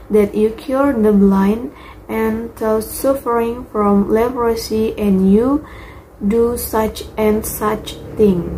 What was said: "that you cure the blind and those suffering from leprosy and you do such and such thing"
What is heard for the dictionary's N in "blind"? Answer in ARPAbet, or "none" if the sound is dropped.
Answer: N